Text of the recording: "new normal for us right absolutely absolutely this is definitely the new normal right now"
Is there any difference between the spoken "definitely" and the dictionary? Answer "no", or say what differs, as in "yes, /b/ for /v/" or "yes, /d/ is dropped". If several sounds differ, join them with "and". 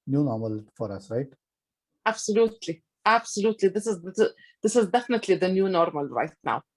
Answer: no